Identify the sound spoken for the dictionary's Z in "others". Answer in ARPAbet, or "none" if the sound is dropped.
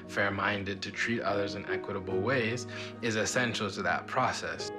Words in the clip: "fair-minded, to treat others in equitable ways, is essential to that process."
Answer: Z